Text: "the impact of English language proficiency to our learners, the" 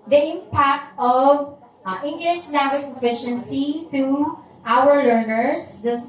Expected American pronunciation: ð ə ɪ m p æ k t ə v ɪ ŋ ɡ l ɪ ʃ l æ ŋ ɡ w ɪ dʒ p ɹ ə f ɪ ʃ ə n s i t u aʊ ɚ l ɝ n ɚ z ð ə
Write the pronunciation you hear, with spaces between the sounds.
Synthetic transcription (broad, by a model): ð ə ɪ m p æ k t ə v ɪ ŋ ɡ l ɪ ʃ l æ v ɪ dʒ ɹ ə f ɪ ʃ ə n s i t u aʊ ɚ l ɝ n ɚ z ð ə